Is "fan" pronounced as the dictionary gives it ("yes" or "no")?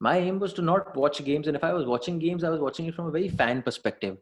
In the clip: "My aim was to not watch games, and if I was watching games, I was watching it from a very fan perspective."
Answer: yes